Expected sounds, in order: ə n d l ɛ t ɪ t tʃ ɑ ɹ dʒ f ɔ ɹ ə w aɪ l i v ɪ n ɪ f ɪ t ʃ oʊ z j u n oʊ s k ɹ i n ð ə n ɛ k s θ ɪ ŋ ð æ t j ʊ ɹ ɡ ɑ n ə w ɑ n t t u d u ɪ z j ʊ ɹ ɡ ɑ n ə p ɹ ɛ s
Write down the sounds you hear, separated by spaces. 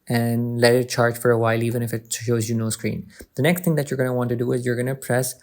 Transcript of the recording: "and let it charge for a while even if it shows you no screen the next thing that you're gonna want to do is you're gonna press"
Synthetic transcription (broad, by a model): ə n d l ɛ t ɪ t tʃ ɑ ɹ dʒ f ɔ ɹ ə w aɪ l i v ɪ n ɪ f ɪ t ʃ oʊ z j u n oʊ s k ɹ i n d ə n ɛ k s t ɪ ŋ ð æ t j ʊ ɹ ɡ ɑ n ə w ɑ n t t u d u ɪ z j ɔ ɹ ɡ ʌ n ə p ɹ ɛ s